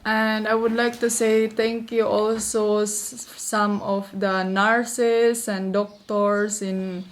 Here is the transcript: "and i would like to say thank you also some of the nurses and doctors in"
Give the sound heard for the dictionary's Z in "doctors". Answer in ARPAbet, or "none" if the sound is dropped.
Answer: S